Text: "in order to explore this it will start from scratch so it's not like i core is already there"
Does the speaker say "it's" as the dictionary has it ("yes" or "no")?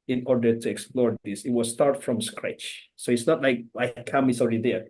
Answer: yes